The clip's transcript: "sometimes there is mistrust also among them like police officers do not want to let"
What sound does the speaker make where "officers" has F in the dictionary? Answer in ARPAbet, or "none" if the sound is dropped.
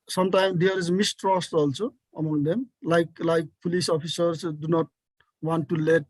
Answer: P